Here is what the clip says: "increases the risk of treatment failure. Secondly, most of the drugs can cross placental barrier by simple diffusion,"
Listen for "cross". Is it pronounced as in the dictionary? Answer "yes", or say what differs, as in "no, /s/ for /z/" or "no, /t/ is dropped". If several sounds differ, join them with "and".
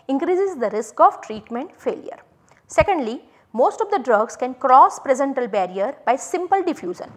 yes